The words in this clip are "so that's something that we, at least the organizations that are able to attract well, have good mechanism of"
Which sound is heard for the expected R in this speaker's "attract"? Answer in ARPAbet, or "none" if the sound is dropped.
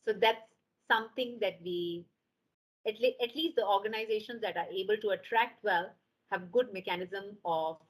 R